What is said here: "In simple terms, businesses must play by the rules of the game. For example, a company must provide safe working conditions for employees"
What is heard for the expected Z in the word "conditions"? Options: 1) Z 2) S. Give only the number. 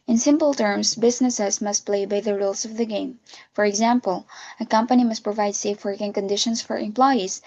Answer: 2